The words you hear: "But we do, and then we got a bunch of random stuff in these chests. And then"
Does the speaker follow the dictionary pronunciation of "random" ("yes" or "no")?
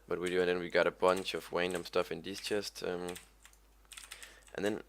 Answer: no